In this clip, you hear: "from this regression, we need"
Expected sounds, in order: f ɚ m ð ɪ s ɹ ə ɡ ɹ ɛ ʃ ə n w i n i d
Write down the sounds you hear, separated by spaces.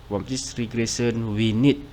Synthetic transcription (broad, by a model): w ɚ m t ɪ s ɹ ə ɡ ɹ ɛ s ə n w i n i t